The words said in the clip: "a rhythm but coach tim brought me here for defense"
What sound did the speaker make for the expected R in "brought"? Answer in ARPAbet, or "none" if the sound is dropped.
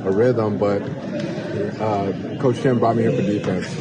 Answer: none